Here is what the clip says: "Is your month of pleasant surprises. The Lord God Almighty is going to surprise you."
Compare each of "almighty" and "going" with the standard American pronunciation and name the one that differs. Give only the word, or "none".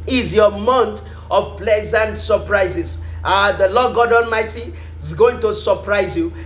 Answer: almighty